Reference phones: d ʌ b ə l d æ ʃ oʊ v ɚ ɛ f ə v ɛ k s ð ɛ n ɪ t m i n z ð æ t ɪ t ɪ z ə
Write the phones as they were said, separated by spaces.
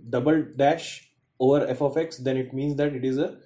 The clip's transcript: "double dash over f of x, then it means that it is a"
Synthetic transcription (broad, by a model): d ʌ b ə l d æ ʃ oʊ v ɚ ɛ f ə f ɛ k s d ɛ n ɪ t m i n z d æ t ɪ t ɪ z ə